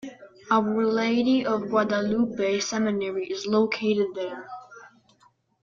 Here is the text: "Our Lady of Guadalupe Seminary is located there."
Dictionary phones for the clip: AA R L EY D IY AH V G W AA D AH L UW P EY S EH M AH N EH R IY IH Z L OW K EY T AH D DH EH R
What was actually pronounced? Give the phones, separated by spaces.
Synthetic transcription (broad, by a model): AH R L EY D IY AH V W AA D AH L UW B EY S EH M AH N EH R IY IH Z L OW K EY T AH D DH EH R